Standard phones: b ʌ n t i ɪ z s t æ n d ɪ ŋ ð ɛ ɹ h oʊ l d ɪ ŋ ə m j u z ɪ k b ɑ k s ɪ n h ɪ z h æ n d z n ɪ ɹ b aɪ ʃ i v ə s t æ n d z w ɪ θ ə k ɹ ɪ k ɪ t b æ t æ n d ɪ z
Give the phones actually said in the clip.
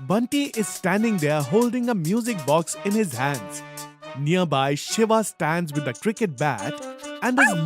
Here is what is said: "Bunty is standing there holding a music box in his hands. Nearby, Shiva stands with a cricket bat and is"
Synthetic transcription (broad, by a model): b ʌ n t i ɪ z s t æ n d ɪ ŋ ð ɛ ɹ h oʊ l d ɪ ŋ ə m j u z ɪ k b ɑ k s ɪ n h ɪ z h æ n d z n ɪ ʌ b aɪ ʃ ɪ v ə s t æ n d z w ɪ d ə k ɹ ɪ k ɪ t b æ t æ n d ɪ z